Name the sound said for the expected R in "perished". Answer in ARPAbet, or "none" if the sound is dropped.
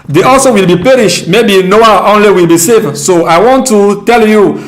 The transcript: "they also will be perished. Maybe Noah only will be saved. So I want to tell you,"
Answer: R